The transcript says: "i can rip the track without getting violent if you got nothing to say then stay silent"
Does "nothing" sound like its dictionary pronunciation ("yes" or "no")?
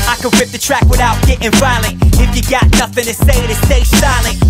yes